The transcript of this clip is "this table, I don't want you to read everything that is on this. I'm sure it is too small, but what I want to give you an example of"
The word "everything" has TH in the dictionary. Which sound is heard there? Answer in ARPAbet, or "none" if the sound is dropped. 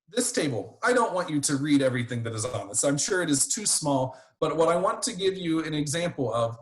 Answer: TH